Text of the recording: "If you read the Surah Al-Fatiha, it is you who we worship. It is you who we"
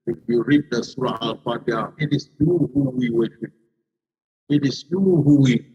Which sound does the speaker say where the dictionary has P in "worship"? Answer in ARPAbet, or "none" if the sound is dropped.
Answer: none